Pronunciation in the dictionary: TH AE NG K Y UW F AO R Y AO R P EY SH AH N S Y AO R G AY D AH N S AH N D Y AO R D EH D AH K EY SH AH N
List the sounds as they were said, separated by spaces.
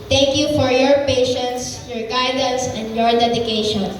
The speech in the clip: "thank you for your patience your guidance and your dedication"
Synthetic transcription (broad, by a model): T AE NG K Y UW F AO R Y AO R P EY SH AH N S Y AO R G AY D AH N S AH N D Y AO R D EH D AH K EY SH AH N